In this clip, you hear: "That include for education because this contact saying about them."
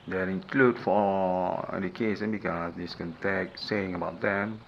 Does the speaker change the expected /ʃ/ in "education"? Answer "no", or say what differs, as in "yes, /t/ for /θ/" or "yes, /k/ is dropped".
yes, /s/ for /ʃ/